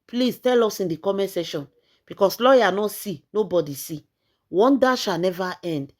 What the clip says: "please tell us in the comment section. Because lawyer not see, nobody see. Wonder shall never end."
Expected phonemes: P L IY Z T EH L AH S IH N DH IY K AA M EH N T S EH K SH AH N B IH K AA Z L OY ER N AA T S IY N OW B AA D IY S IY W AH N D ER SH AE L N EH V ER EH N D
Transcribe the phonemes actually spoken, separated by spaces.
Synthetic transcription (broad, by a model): P L IY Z T EH L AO S IH N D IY K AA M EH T S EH SH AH N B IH K AA S L OY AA N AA S IY N OW B AA D IY S IY W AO N D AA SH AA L N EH V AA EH N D